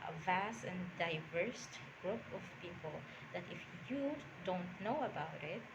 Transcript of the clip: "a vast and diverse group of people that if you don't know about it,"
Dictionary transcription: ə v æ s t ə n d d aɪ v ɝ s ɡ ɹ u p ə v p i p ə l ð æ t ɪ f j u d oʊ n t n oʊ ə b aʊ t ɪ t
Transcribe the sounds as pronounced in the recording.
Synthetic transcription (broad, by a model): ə v æ s t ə n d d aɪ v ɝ s ɡ ɹ u p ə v p i p ə l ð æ t ɪ f j u d oʊ n t n oʊ ə b aʊ t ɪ t